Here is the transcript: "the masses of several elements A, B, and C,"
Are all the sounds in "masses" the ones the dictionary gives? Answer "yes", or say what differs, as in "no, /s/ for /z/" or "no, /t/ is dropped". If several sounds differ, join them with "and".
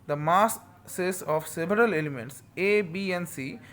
no, /s/ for /z/